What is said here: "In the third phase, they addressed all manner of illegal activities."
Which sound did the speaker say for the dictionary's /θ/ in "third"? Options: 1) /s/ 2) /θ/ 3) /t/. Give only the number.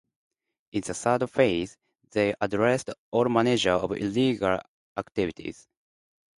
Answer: 1